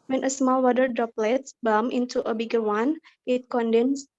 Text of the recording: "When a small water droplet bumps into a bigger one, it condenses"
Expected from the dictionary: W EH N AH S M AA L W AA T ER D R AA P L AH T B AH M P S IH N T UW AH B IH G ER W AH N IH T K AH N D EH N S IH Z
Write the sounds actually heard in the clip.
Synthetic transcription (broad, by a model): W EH N AH S M AA L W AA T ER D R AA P L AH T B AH M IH N T UW AH B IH G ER W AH N IH T K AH N D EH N S